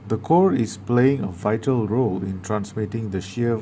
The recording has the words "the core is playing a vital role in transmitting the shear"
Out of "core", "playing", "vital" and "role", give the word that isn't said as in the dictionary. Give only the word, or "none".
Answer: none